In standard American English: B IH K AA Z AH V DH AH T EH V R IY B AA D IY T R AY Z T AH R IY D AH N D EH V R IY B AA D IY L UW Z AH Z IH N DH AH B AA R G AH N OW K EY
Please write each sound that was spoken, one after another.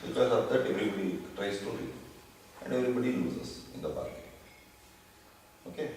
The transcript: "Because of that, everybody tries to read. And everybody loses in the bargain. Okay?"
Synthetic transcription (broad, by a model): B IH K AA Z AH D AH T EH V R IY B AA D IY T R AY S T AH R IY AH N D EH V R IY B AA D IY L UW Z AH S IH N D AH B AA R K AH OW K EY